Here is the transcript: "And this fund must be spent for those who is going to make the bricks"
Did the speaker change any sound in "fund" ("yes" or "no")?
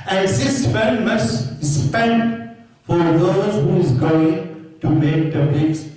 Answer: yes